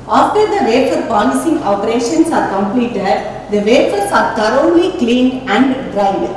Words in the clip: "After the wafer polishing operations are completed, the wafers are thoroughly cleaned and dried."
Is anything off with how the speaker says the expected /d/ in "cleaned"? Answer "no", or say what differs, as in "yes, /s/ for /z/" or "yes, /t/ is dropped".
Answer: yes, /d/ is dropped